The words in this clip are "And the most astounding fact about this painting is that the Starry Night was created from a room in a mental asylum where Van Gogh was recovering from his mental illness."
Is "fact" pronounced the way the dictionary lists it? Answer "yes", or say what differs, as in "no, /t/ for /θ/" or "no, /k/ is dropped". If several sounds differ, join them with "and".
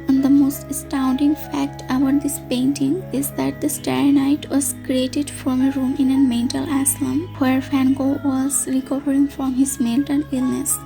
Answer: yes